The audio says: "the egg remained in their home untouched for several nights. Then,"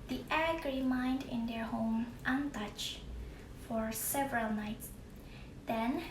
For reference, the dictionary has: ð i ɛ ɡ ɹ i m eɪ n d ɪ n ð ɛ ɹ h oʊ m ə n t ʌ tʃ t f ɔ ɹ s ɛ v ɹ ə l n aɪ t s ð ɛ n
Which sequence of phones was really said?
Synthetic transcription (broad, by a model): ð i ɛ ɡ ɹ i m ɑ n d ɪ n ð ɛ ɹ h oʊ m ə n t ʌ tʃ f ɔ ɹ s ɛ v ɹ ə l n aɪ t s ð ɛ n